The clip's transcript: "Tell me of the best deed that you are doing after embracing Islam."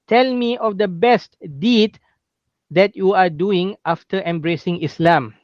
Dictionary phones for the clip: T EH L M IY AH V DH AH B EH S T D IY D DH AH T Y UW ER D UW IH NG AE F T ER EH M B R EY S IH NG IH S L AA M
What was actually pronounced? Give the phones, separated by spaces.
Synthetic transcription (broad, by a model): T EH L M IY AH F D AH B EH S T D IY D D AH T Y UW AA D UW IH NG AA F T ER EH M B R EY S IH NG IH S L AA M